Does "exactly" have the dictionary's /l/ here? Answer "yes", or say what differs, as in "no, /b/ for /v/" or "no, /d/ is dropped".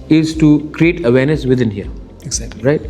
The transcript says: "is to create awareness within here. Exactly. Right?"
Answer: no, /l/ is dropped